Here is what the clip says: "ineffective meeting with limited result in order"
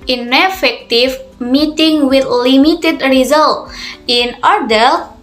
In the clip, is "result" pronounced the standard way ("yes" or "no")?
yes